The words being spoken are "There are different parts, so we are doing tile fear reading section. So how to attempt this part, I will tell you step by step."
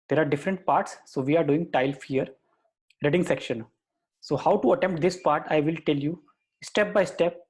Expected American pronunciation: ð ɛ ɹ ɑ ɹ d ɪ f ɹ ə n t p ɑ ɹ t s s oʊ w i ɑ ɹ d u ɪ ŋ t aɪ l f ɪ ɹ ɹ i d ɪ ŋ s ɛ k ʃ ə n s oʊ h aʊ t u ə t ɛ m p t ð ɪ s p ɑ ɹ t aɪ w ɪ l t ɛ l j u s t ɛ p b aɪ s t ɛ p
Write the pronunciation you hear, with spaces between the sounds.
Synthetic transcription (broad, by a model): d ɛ ɹ ɑ ɹ d ɪ f ɹ ə n t p ɑ ɹ t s s oʊ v i ɑ ɹ d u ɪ ŋ t aɪ l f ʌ ɹ ɹ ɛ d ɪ ŋ s ɛ k ʃ ə n s oʊ h aʊ t u ə t ɛ m p t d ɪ s p ɑ ɹ t aɪ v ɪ l t ɛ l j u s t ɛ p b aɪ s t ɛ p